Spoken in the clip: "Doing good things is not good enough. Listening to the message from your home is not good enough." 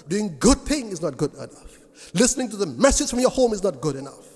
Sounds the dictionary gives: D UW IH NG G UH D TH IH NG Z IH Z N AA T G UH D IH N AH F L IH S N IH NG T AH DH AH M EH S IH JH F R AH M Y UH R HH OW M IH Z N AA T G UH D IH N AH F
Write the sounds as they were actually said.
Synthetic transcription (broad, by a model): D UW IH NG G UH D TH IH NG IH Z N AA T G UH D IH N AH F L IH S N IH NG T AH DH AH M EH S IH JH F R AH M Y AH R HH OW M IH Z N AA T G UH D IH N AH F